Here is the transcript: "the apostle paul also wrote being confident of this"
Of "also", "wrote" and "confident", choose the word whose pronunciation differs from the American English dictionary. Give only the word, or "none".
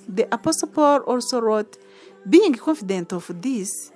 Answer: none